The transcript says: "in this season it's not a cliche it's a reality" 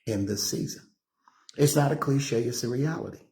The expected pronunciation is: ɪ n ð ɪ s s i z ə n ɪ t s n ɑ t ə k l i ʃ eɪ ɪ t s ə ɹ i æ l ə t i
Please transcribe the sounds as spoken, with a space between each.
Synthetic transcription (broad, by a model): ɪ n ð ɪ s s i z ə n ɪ t s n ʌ t ə k l i ʃ eɪ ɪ s ə ɹ i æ l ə t i